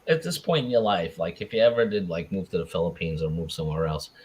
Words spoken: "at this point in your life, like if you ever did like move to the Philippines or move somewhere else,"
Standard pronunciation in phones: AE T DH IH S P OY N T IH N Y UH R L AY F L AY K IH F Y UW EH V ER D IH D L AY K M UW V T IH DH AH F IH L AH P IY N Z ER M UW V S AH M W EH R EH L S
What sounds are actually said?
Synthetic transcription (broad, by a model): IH T DH IH S P OY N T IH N Y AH R L AY F L AY K IH F Y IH EH V ER D IH D L AY K M UW V T IH DH AH F IH L AH P IY N Z ER M UW V S AH M W EH R EH L S